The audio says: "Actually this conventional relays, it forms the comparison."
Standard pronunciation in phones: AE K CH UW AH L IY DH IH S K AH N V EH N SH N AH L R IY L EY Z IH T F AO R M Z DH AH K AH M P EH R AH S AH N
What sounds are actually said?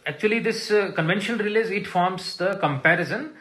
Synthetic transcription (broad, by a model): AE K CH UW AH L IY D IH S K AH N V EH N SH AH N R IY L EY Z IH T F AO R M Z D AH K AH M P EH R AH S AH N